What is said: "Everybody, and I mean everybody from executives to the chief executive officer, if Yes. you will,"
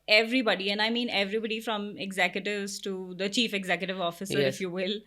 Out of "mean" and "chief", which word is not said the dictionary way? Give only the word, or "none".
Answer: none